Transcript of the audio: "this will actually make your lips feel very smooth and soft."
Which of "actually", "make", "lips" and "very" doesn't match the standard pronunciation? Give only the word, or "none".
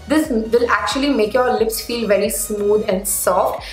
none